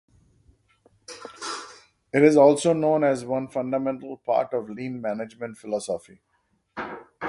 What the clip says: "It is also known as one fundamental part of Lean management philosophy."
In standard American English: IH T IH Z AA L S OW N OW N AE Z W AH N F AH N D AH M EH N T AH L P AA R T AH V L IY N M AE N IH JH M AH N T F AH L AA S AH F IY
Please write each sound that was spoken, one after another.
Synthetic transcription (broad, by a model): IH T IH Z AA L S OW N OW N AE Z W AH N F AH N D AH M EH N T AH L P AA R T AH V L IY N M AE N IH JH M AH N T F AH L AA S AH F IY